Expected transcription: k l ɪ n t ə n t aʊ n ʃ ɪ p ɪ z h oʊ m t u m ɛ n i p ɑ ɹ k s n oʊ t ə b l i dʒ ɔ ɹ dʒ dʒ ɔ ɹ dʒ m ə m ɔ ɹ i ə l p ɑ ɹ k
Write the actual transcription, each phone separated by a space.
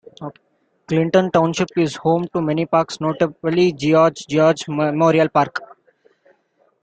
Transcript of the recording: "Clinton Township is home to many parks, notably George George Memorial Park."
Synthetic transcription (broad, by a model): k l ɪ n t ə n t aʊ n ʃ ɪ p ɪ z h oʊ m t u m ɛ n i p ɑ ɹ k s n oʊ t ə b l i dʒ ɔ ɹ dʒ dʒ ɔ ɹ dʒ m m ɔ ɹ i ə l p ɑ ɹ k